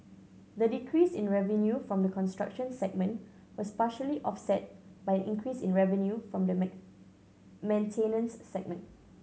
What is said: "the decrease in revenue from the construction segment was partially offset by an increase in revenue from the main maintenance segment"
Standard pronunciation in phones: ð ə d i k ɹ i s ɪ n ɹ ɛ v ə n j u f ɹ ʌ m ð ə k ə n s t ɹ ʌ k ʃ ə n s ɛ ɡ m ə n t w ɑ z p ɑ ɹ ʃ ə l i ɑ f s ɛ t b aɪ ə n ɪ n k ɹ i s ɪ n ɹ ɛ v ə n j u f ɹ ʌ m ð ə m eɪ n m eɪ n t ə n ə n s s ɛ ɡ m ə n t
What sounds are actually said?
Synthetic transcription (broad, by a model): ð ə d i k ɹ i s ɪ n ɹ ɛ v ə n j u f ɹ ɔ m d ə k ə n s t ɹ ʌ k ʃ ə n s ɛ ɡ m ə n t w ɑ s p ɑ ʃ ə l i ɑ f s ɛ t b aɪ ə n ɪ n k ɹ i s ɪ n ɹ ɛ v ə n j u f ɹ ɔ m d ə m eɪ m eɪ n t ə n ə n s s ɛ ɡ m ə n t